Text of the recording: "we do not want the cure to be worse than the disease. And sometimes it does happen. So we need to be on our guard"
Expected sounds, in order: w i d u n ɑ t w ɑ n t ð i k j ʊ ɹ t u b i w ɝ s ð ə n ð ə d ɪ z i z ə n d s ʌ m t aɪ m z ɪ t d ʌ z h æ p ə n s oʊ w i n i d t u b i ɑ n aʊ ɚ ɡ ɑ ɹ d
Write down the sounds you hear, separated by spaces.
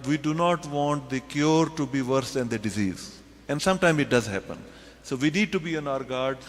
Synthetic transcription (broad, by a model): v i d u n ɑ t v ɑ n t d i k j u ɹ t u b i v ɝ s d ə n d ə d ɪ z i z ə n d s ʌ m t aɪ m ɪ t d ʌ z h æ p ə n s oʊ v i n i d t u b i ɑ n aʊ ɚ ɡ ɑ ɹ d